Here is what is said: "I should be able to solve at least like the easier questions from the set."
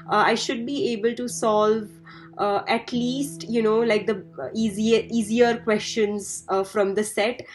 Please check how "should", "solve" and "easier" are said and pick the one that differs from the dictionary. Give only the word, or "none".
none